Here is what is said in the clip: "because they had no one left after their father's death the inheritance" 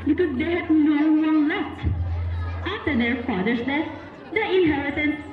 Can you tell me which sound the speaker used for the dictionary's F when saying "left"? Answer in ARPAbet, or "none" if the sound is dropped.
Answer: none